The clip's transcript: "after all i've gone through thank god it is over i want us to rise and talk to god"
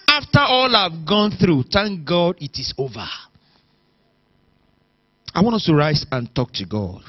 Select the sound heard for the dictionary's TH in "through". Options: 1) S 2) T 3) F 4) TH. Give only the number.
4